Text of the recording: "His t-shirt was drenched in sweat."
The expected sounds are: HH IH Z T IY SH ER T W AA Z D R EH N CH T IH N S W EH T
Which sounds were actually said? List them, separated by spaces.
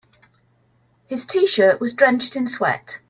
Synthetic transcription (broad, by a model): HH IH Z T IY SH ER T W AA Z D R EH N CH T IH N S W EH T